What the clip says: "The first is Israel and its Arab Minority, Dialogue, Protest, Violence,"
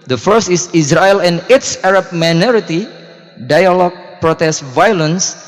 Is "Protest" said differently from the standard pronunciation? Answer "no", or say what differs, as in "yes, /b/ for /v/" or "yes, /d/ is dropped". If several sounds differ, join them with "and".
no